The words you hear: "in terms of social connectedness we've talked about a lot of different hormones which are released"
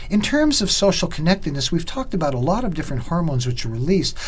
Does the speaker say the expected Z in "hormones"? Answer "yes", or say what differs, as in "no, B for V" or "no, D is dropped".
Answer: yes